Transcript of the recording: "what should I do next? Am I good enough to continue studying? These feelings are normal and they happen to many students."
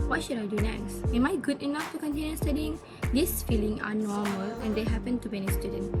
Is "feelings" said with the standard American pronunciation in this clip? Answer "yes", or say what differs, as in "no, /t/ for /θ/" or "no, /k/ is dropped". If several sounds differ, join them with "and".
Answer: no, /z/ is dropped